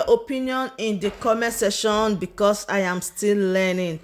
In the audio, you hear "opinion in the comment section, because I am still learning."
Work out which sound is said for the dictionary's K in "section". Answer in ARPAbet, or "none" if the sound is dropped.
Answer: none